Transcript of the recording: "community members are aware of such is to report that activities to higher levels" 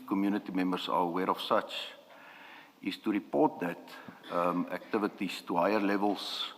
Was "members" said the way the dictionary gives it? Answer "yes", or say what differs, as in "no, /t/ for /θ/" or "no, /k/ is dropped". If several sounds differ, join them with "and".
no, /s/ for /z/